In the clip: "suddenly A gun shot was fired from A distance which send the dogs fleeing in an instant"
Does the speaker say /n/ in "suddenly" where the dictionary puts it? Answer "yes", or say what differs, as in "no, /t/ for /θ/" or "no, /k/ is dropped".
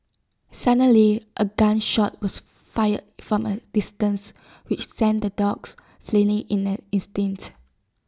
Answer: no, /n/ is dropped